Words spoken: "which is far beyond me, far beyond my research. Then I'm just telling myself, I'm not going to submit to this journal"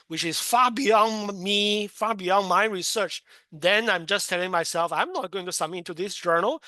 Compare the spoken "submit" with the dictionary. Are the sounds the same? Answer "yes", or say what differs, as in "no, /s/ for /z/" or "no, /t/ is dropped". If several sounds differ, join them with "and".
no, /b/ is dropped